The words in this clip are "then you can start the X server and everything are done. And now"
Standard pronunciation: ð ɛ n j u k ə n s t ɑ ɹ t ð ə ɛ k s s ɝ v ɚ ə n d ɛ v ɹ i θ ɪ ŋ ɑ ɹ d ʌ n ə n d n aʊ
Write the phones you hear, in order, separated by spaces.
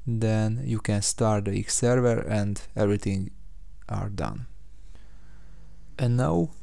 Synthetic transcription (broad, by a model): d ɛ n j u k ə n s t ɑ ɹ t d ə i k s s ɝ v ɚ ə n d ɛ v ɹ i t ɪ ŋ ɑ ɹ d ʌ n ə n n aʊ